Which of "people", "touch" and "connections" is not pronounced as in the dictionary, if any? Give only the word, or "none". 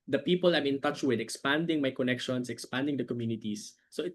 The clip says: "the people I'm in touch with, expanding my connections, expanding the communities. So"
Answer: connections